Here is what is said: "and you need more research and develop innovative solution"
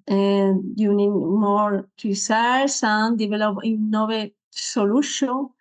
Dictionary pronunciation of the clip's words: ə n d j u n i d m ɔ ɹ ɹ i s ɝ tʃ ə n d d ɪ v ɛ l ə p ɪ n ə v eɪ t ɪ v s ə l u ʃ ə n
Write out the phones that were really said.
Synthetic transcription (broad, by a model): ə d j u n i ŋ m ɔ ɹ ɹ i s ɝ s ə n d d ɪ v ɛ l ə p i n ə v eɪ s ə l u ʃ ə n